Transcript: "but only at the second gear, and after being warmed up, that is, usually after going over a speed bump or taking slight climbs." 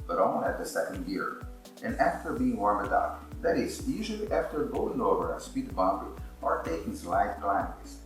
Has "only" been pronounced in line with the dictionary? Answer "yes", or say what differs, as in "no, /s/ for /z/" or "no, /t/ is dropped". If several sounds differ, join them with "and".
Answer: no, /l/ is dropped